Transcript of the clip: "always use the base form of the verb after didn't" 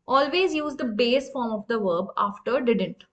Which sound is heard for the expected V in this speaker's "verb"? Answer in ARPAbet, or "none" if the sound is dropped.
V